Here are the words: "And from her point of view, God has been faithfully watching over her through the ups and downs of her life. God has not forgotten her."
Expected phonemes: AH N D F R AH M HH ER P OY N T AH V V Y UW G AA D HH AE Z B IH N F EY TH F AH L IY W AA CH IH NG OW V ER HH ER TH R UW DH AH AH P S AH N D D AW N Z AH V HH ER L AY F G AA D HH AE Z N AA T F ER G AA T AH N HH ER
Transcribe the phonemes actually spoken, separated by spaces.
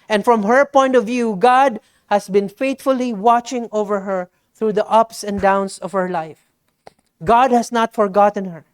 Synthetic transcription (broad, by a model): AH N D F R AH M HH ER P OY N T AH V V Y UW G AA D HH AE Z B IH N F EY T F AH L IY W AA CH IH NG OW V ER HH ER TH R UW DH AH AH P S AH N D D AW N S AH V HH ER L AY F G AA D HH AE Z N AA T F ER G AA T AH N HH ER